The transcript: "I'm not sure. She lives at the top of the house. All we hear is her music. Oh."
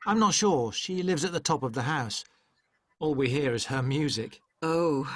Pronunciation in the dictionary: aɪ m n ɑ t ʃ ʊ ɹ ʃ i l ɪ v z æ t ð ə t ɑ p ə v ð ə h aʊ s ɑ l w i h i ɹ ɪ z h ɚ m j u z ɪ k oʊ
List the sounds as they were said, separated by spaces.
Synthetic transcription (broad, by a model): aɪ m n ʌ t ʃ ʊ ɹ ʃ i l ɪ v z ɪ t ð ə t ɑ p ə v ð ə h aʊ s ɑ l w i h i ɹ ɪ z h ɚ m j u z ɪ k oʊ